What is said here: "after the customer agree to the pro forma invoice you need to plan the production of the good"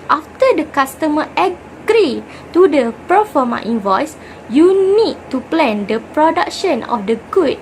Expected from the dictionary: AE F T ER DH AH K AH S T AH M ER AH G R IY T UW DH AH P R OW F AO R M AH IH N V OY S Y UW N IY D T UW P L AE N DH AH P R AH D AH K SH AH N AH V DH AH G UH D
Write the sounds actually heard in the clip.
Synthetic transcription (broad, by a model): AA F T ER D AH K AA S T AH M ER AH G R IY T UW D AH P OW F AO M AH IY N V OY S Y UW N IY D T UW P L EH N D AH P R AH D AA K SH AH N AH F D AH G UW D